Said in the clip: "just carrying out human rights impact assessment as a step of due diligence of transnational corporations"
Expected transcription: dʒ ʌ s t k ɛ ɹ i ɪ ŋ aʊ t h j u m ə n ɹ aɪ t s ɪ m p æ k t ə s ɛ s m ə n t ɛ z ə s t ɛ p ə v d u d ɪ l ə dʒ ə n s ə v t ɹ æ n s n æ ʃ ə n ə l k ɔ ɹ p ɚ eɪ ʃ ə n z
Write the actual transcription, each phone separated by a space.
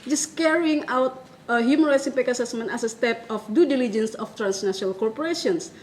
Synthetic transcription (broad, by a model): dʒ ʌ s k ɛ ɹ i ɪ ŋ aʊ t h j u m ə n ɹ aɪ t s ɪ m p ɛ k ə s ɛ s m ə n t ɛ s ə s t ɛ p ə f d u d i l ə dʒ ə n s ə f t ɹ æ n s n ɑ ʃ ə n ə l k ɔ ɹ p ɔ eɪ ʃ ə n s